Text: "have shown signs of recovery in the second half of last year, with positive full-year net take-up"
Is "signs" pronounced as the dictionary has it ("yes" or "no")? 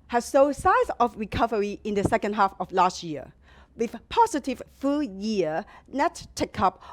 no